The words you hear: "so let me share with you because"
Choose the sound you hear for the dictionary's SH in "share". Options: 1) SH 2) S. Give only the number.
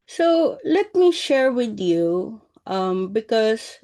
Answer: 1